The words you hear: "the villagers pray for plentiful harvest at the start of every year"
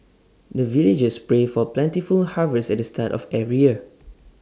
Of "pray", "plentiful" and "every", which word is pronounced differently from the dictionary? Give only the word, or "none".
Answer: every